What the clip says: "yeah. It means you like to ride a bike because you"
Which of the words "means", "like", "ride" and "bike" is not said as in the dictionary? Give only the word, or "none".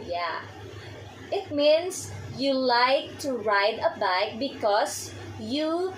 means